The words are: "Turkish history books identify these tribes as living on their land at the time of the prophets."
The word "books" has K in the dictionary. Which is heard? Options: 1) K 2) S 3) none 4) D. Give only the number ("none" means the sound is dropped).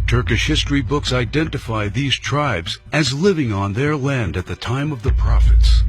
1